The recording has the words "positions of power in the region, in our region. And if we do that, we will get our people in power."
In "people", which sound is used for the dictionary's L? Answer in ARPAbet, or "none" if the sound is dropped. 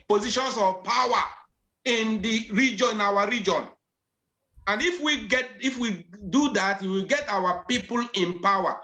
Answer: L